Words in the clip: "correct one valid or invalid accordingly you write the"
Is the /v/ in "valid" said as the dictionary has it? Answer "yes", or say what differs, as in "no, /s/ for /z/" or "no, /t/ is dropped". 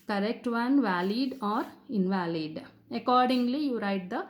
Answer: yes